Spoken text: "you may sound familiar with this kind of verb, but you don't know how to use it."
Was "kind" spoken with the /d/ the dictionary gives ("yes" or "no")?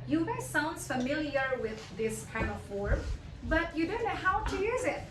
no